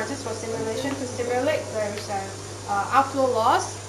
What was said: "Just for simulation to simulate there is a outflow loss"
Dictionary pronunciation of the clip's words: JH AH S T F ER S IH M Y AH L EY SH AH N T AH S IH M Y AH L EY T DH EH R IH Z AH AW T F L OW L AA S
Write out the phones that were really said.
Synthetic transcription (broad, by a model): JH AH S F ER S IH M Y AH L EY SH AH N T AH S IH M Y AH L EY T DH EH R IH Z AH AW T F L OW L AA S